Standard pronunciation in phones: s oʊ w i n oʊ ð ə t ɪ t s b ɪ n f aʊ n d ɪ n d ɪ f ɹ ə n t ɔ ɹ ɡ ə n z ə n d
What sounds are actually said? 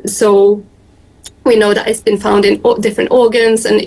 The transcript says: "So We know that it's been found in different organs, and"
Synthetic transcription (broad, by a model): s oʊ w i n oʊ ð ə t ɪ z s b ɪ n f aʊ n d ɪ n d ɪ f ɹ ə n t ɔ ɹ ɡ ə n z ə n